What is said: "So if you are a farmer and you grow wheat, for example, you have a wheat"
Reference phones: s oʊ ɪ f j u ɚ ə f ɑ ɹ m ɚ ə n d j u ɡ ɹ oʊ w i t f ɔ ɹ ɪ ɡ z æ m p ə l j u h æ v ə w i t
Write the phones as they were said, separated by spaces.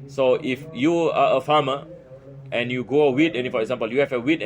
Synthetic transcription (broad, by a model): s oʊ ɪ f j u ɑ ə f ɑ m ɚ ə n j u ɡ oʊ w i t f ɔ ɹ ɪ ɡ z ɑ m p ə l j u h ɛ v ə w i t